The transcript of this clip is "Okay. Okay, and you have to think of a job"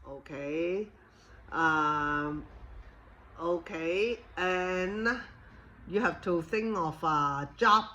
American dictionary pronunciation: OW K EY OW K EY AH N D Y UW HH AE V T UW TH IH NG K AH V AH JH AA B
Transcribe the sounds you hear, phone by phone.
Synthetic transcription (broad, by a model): OW K EY OW K EY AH N Y UW HH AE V T UW TH IH NG K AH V AH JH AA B